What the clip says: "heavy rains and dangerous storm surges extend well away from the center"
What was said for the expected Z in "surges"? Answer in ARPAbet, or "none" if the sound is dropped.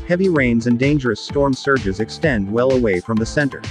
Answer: Z